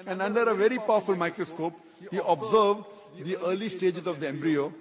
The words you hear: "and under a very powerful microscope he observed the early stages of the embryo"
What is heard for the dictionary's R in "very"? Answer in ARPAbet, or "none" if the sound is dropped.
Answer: R